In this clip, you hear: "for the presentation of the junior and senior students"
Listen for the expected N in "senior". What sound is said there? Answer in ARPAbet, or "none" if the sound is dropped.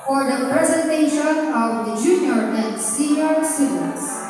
none